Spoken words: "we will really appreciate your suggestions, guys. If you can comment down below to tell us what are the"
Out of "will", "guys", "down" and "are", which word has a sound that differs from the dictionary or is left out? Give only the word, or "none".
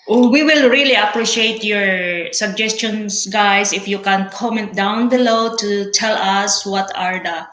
guys